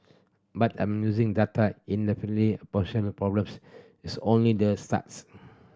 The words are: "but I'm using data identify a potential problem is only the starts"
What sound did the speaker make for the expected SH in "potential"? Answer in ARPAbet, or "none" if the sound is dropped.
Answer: none